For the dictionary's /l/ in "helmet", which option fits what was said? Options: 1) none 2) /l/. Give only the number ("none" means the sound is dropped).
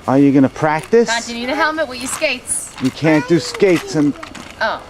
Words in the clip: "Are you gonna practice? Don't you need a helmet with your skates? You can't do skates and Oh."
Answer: 2